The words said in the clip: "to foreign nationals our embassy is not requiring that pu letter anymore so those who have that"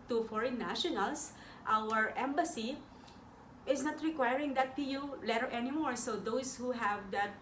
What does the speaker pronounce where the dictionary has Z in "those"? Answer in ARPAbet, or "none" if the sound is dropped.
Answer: S